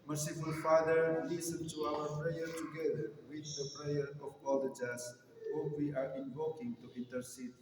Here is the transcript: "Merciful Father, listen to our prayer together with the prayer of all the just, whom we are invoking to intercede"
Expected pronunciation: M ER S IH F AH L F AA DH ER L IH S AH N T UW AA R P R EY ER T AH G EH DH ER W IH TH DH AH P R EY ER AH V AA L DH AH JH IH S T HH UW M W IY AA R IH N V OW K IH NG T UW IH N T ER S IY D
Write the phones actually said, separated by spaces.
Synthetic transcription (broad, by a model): M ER S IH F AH L F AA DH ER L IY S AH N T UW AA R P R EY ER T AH G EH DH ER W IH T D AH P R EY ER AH B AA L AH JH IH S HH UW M W IY AA R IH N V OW K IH NG T UW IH N T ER S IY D